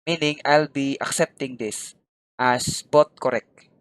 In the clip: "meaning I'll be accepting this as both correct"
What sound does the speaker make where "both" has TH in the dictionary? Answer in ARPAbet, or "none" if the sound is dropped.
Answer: T